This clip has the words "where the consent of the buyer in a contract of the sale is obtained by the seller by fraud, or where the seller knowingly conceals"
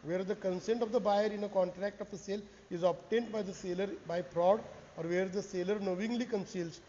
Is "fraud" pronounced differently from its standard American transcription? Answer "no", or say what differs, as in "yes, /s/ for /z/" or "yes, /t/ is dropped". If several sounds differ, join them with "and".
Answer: yes, /p/ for /f/